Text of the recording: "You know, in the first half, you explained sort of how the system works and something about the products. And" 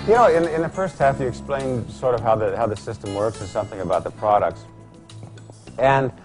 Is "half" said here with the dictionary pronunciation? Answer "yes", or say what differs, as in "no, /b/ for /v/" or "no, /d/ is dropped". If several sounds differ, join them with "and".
yes